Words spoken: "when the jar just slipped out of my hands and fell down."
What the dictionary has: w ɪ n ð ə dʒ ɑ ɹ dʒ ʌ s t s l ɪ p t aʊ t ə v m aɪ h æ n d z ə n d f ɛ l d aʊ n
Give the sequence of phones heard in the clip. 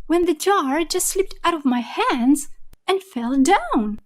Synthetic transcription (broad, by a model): w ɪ n ð ə dʒ ɑ ɹ dʒ ʌ s t s l ɪ p t aʊ t ə v m aɪ h æ n d z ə n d f ɛ l d aʊ n